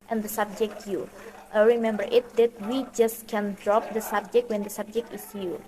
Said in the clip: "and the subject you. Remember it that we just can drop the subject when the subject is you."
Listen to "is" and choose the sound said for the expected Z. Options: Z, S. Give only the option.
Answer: S